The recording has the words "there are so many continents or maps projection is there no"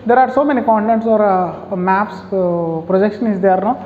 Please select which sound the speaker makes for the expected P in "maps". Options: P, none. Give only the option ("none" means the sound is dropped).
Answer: P